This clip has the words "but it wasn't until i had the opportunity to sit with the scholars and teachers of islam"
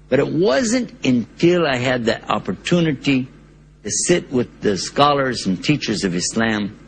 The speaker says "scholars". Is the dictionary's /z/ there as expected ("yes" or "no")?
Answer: yes